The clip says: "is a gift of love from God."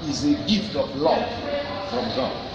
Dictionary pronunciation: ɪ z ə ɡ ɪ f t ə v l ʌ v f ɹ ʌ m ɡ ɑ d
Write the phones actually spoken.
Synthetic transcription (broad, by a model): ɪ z ə ɡ ɪ f t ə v l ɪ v f ɹ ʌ m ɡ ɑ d